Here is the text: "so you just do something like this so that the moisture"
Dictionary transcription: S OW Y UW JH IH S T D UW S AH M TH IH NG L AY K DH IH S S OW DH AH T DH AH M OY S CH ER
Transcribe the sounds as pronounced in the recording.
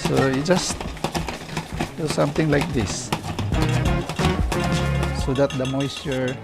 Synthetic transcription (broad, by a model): S OW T JH IH S T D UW S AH M T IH NG L AY K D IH S S OW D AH T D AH M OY S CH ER